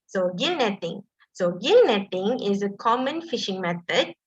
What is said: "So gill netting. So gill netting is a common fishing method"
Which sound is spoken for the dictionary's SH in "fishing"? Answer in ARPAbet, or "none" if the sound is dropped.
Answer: SH